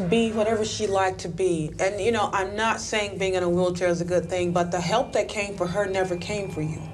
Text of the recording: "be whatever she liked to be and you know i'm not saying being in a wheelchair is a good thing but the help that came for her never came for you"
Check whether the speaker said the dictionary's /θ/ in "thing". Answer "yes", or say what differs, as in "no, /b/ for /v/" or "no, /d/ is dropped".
yes